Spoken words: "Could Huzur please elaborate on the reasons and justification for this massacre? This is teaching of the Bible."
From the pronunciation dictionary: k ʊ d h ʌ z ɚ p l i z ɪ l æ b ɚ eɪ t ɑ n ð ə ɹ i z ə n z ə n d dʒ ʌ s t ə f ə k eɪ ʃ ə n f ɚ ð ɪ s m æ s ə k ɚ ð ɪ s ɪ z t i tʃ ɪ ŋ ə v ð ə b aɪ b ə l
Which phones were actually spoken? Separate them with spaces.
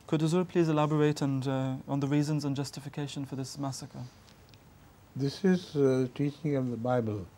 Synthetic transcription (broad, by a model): k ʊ d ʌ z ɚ p l i z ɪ l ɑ b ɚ eɪ t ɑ n ð ə ɹ i z ə n z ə n dʒ ʌ s t ə f ə k eɪ ʃ ə n f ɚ ð ɪ s m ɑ s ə k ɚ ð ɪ s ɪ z t i tʃ ɪ ŋ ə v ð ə b aɪ b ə l